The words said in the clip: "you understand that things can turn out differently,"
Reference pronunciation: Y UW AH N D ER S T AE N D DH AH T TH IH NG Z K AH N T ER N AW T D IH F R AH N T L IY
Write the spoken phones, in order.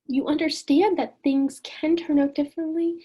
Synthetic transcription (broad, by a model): Y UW AH N D ER S T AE N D DH AH T TH IH NG Z K AH N T ER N AW T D IH F R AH N T L IY